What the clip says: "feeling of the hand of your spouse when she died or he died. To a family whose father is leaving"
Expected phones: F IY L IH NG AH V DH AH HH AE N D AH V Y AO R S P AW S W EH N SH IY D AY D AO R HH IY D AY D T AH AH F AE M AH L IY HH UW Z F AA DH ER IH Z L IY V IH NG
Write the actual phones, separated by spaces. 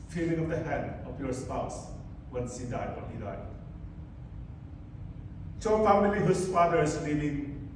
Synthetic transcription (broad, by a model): F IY L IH NG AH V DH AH HH AE N D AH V Y AO R S P AW S W EH N S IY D AY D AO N HH IY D AY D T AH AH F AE M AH L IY HH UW S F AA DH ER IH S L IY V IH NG